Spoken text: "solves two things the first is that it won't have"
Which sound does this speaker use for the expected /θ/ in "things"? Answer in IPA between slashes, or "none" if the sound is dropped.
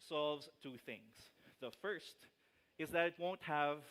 /θ/